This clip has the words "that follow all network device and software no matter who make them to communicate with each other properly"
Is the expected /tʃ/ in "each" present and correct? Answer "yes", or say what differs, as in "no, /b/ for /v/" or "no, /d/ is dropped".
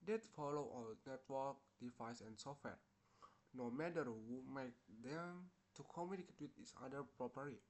no, /s/ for /tʃ/